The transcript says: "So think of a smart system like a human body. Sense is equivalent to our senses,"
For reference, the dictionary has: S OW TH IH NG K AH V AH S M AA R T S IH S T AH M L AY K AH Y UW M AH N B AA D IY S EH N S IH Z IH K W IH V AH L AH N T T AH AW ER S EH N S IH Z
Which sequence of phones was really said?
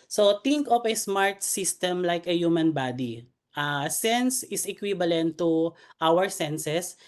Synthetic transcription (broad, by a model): S OW T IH NG K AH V AH S M AA R T S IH S T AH M L AY K AH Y UW M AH N B AA D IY S EH N S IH S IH K W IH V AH L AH N T T AW ER S EH N S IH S